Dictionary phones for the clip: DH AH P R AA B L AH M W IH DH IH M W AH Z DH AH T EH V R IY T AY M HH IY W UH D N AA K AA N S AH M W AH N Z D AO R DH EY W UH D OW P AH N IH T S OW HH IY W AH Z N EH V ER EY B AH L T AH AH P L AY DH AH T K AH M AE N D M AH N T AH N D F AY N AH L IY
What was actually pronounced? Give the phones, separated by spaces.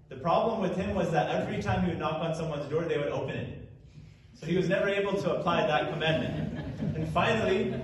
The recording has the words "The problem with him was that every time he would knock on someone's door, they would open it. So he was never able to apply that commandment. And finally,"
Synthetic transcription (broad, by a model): DH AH P R AA B L AH M W IH DH IH M W AH Z DH AH T EH V R IY T AY M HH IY W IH D N AA K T N S AH M W AH N Z D AO R DH EY W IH D OW P AH N IH T S OW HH IY W AH Z N EH V ER EY B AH L T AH AH P L AY DH AH T K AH M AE N M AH N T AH N F AY N L IY